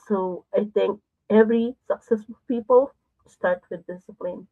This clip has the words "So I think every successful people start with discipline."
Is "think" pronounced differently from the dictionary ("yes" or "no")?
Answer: yes